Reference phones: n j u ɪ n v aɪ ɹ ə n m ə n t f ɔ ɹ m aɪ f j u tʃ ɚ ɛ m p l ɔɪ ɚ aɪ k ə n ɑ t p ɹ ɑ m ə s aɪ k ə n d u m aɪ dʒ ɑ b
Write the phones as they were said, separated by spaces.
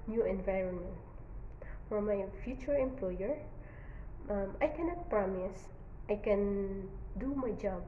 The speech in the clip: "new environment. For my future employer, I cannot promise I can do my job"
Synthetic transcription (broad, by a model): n j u ɪ n v aɪ ɹ ə n m ə n t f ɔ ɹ m aɪ f j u tʃ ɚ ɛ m p l ɔɪ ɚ aɪ k ə n ɑ t p ɹ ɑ m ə s aɪ k ə n d u m aɪ dʒ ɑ b